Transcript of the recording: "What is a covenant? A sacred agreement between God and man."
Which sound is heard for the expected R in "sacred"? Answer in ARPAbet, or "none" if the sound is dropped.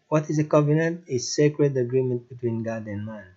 R